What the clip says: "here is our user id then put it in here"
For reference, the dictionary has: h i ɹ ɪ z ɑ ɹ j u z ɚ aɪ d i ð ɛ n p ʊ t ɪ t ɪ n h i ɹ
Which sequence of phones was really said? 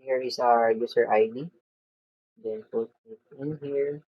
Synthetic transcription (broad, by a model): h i ɹ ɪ s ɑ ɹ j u s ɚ aɪ d i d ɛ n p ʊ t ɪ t ɪ n h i ɹ